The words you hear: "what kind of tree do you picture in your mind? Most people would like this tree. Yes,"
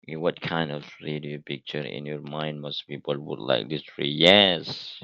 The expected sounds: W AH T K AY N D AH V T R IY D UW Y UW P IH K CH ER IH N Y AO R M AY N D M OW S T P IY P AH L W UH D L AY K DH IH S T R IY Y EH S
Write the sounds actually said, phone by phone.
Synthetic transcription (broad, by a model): W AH T K AY N D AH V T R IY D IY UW P IH K CH ER IH N Y AO R M AY N D M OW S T B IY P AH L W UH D L AY K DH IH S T R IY Y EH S